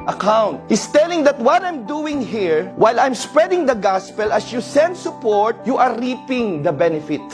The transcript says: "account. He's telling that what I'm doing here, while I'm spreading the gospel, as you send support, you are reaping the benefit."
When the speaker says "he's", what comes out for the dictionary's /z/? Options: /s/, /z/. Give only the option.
/s/